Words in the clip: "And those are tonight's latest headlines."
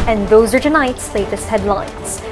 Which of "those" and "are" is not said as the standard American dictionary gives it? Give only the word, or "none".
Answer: none